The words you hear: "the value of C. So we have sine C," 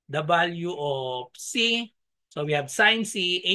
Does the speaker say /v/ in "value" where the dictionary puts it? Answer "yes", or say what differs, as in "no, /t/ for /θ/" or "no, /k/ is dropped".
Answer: no, /b/ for /v/